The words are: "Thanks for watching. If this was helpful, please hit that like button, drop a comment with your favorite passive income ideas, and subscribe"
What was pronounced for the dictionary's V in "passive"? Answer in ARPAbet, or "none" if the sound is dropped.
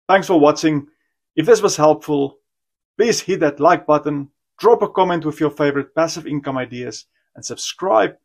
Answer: V